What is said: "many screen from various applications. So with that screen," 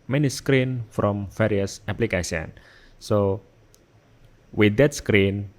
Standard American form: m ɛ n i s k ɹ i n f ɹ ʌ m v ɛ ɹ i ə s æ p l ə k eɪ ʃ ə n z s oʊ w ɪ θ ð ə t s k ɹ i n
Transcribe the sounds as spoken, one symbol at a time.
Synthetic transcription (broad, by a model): m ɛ n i s k ɹ i n f ɹ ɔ m f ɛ ɹ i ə s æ p l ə k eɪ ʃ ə n s oʊ w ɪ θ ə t s k ɹ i n